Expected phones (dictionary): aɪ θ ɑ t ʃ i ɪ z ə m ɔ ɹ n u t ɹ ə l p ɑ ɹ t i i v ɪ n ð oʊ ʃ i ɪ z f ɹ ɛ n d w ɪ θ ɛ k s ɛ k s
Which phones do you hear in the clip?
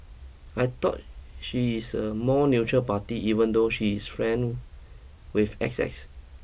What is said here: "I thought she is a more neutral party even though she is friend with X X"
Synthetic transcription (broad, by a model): aɪ t ɑ t ʃ i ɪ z ə m ɔ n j u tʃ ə p ɑ t i i v ɪ n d oʊ ʃ i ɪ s f ɹ ɛ n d w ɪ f ɛ k s ɛ k s